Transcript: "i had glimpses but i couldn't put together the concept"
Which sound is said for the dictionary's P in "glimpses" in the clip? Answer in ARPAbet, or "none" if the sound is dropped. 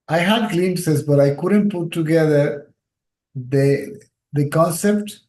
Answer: none